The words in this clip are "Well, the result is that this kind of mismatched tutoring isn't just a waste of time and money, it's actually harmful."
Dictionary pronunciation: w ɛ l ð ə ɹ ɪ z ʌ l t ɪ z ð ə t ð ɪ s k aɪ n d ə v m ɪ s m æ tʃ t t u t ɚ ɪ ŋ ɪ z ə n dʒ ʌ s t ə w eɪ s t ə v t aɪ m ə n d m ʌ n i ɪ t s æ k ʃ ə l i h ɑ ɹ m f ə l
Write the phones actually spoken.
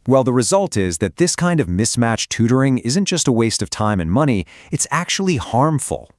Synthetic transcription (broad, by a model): w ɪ l ð ə ɹ ɪ z ʌ l t ɪ z ð ə t ð ɪ s k aɪ n d ə v m ɪ s m æ tʃ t t u t ɚ ɪ ŋ ɪ z ə n dʒ ʌ s t ə w eɪ s t ə v t aɪ m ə n m ʌ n i ɪ t s æ k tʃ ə l i h ɑ ɹ m f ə l